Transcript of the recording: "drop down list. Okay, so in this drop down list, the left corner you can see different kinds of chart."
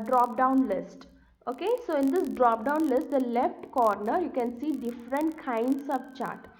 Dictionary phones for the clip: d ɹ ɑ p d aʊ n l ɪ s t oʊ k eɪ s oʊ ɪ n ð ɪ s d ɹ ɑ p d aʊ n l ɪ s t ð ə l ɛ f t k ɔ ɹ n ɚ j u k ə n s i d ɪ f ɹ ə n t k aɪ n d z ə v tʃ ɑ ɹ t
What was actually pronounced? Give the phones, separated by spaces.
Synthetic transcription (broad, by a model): d ɹ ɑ p d aʊ n l ɪ s t oʊ k eɪ s oʊ ɪ n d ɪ s d ɹ ɑ p d aʊ n l ɪ s t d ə l ɛ f t k ɔ ɹ n ɚ j u k ə n s i d ɪ f ɹ ə n t k aɪ n d s ə v tʃ ɑ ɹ t